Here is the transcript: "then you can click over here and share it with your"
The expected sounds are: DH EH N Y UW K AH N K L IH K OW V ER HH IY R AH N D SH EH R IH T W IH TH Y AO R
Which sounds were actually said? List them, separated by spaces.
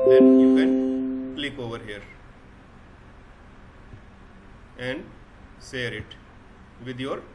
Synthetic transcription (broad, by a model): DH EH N Y UW K AH N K L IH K OW V ER HH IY R AH N D S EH R IH T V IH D Y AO R